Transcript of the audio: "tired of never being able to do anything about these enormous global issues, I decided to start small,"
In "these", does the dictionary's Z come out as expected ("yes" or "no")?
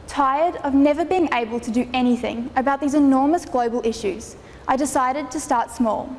yes